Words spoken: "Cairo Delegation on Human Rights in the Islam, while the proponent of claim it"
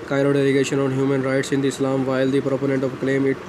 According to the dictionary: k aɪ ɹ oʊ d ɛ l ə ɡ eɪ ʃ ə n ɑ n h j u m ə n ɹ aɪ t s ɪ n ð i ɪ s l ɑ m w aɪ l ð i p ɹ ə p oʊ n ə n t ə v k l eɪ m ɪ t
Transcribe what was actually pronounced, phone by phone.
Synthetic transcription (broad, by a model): k aɪ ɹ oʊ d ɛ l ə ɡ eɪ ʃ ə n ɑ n h j u m ə n ɹ aɪ t s ɪ n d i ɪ s l ɑ m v aɪ l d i p ɹ ə p oʊ n ə n t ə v k l eɪ m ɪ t